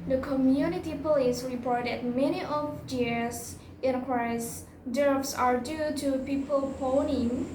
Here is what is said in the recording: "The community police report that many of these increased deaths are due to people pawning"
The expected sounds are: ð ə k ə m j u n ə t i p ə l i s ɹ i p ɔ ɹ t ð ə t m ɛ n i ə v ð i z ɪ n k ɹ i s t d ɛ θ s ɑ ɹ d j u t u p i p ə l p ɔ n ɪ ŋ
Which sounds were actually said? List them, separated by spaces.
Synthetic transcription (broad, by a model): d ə k ə m j u n ə t i p ə l i s ɹ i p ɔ ɹ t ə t m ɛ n i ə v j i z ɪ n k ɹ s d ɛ f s ɑ ɹ d j u t u p i p ə l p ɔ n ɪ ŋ